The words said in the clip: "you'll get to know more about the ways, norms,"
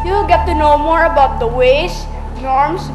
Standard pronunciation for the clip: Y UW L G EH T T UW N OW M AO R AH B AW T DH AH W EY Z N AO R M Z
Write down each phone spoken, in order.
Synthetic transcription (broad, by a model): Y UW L G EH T T UW N OW M AO R AH B AW T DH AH W EY S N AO R M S